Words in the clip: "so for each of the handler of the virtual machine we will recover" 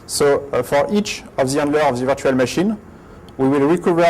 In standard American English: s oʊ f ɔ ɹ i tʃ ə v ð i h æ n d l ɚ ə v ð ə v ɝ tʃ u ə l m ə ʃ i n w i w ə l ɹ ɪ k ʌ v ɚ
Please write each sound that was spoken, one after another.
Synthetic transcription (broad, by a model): s oʊ f ɔ ɹ i tʃ ə v ð i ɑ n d l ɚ ə v ð ə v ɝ tʃ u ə l m ə ʃ i n w i w ə l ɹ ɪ k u v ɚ